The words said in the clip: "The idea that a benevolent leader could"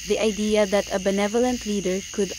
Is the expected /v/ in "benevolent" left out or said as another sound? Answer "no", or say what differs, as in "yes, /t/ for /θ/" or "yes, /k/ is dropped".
no